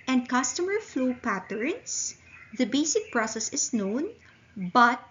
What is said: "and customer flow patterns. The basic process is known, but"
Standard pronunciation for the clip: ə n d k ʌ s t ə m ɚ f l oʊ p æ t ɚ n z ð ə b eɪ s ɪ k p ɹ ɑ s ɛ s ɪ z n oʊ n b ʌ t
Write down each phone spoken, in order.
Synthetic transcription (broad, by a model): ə n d k ʌ s t ə m ɚ f l oʊ p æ t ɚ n s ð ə b eɪ s ɪ k p ɹ ɑ s ɛ s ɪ s n oʊ n b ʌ t